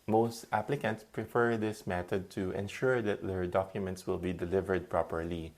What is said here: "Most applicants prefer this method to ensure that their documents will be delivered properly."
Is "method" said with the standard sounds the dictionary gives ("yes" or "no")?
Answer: no